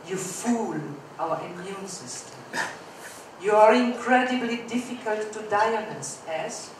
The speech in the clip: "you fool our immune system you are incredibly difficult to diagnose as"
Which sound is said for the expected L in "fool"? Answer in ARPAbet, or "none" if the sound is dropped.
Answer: L